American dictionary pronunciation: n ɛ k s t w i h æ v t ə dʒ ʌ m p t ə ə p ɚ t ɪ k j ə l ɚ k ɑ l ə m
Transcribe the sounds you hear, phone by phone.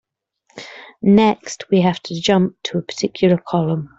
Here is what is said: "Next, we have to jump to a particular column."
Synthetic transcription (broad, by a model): n ɛ k s t w i h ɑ f t ə dʒ ʌ m p t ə ə p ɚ t ɪ k j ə l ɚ k ɑ l ə m